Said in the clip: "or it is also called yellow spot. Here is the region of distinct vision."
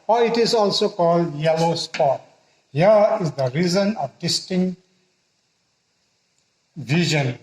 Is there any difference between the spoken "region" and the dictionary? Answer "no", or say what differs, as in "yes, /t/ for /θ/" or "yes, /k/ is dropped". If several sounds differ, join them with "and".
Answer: yes, /z/ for /dʒ/